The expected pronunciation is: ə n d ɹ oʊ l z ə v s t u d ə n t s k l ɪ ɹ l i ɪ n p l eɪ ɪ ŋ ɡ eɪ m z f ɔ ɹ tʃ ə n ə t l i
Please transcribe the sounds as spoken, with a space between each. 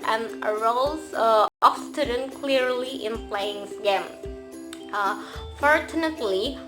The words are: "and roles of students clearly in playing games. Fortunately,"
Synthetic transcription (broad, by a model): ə n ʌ ɹ oʊ l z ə s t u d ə n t k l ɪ ɹ l i ɪ n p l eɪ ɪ ŋ ɡ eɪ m f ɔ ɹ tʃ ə n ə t l i